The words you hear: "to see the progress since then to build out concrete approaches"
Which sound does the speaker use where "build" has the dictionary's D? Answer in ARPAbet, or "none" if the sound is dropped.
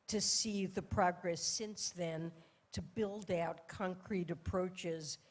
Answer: D